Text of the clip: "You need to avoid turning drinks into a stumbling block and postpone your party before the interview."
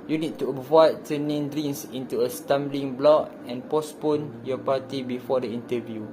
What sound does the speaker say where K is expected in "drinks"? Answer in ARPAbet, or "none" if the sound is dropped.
none